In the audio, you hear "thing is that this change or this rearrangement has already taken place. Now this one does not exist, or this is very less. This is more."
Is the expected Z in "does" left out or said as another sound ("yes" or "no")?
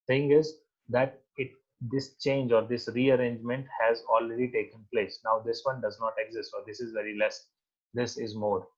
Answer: no